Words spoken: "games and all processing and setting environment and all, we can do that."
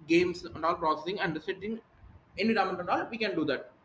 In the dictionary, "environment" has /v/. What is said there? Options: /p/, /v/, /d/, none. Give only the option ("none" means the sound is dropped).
none